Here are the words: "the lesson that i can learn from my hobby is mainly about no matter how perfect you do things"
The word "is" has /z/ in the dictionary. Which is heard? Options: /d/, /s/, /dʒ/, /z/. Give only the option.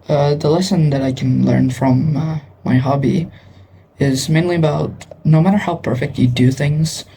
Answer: /z/